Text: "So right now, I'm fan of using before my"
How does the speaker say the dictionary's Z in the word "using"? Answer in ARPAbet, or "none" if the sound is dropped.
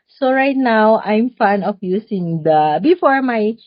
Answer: S